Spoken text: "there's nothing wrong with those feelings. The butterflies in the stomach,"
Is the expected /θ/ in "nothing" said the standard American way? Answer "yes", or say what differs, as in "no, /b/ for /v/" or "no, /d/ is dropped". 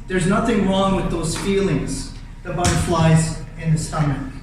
yes